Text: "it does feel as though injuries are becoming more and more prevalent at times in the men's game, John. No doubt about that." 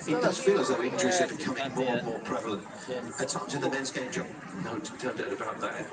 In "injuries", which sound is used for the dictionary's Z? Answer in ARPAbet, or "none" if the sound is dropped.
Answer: S